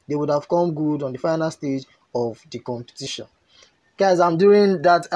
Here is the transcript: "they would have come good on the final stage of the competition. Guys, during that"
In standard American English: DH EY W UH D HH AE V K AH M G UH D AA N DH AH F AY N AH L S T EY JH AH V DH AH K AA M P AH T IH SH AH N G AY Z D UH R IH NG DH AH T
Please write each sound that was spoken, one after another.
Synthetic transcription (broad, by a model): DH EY W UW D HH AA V K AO M G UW D AA N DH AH F AY N AH L S T EY JH AH V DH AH K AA M P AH T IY SH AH N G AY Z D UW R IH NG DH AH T